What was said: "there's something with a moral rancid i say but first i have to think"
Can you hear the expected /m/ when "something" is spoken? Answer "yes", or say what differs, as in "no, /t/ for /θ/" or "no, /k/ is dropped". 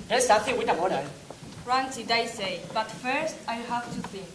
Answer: no, /m/ is dropped